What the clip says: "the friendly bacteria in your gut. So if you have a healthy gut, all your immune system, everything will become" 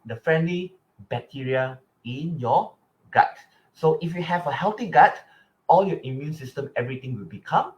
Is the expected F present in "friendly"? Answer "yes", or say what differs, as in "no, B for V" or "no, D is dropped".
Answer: yes